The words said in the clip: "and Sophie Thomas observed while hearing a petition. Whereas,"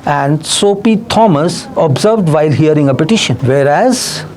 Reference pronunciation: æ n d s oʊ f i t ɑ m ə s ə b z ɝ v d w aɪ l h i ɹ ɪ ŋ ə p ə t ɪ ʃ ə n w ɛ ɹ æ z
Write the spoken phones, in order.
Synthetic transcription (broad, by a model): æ n d s oʊ p i t ɑ m ə s ə b z ɝ v d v aɪ l h i ɹ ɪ ŋ ə p ə t ɪ ʃ ə n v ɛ ɹ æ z